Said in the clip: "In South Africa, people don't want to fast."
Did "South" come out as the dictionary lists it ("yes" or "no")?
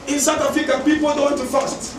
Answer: no